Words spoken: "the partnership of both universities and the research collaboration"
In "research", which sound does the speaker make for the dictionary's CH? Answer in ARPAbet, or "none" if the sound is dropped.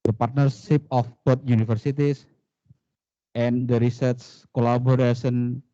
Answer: S